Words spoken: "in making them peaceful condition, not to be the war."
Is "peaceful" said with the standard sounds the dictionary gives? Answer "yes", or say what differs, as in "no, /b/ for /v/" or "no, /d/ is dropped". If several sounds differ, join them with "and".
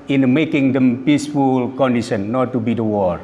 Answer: yes